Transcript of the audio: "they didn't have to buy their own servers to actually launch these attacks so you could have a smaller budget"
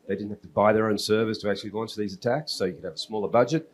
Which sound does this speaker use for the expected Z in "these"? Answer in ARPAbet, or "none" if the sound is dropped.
Z